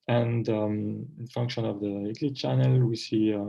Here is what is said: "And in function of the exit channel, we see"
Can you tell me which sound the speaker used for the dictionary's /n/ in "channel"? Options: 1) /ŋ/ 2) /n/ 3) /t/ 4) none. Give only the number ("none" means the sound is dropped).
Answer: 2